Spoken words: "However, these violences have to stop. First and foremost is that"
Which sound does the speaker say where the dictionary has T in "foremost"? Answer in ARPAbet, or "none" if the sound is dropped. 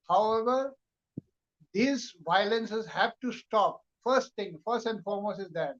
none